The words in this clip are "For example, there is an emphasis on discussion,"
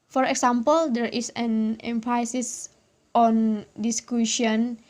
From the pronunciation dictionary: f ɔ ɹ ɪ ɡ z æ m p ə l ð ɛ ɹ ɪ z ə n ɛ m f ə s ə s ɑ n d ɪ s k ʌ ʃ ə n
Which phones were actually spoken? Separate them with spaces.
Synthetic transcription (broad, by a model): f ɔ ɹ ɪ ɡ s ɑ m p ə l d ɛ ɹ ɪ s ə n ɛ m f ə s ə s ɑ n d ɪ s k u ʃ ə n